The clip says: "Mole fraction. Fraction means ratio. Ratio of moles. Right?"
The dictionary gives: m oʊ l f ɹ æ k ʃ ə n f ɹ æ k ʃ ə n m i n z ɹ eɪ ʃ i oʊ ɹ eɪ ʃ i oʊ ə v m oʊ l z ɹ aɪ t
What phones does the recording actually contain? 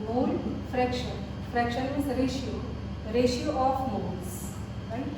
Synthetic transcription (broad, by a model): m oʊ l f ɹ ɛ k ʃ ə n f ɹ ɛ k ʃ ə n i z ɹ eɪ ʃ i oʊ ɹ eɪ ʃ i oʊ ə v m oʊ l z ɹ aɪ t